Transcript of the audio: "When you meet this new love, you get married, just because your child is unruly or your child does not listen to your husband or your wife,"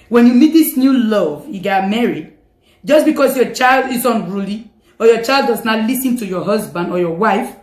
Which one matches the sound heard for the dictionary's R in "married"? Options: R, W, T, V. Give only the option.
R